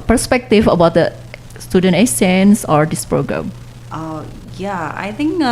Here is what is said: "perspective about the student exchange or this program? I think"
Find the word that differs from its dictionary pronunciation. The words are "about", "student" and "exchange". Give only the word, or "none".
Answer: exchange